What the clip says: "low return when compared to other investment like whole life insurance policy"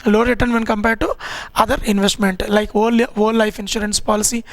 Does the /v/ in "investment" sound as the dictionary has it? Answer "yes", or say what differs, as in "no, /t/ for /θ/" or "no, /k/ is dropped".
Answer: yes